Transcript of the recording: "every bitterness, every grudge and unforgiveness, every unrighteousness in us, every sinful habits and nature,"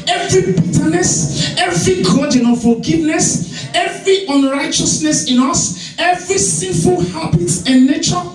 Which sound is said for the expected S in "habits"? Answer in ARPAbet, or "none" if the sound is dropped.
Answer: none